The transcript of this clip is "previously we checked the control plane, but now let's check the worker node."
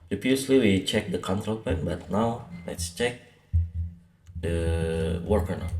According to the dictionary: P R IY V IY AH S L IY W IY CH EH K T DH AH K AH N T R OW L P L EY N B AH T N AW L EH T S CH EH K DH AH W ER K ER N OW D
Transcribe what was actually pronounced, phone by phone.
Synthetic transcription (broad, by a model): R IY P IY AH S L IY W IY CH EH K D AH K AH N T R OW L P EY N B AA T N AW L EH T S CH EH K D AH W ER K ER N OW